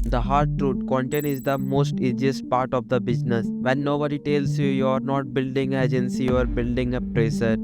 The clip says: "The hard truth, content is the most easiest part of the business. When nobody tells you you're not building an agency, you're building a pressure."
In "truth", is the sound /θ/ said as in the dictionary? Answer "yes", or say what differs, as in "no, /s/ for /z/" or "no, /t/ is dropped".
no, /t/ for /θ/